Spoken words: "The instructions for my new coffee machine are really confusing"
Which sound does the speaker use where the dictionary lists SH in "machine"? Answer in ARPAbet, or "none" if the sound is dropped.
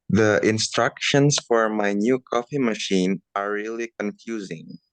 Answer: SH